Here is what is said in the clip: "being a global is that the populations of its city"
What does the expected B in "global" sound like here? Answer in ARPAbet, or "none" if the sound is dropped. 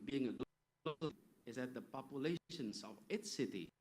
none